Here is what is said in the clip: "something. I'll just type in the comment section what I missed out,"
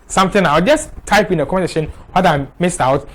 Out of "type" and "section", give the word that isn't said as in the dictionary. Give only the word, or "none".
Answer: section